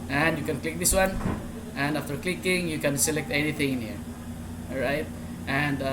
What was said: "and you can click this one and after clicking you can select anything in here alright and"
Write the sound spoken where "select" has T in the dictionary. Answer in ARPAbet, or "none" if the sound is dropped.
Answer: T